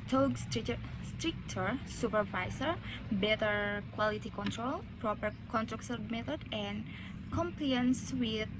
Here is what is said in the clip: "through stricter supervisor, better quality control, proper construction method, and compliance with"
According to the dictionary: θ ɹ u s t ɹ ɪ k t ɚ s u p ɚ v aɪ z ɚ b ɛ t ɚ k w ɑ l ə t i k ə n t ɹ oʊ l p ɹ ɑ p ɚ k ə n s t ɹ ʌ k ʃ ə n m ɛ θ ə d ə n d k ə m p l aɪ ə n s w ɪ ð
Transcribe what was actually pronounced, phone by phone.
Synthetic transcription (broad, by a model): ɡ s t s t ɹ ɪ k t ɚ s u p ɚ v aɪ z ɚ b ɛ t ɚ k w ɑ l ə t i k ə n t ɹ oʊ l p ɹ ɑ p ɚ k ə n t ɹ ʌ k s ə m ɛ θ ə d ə n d k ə m p l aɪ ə n s w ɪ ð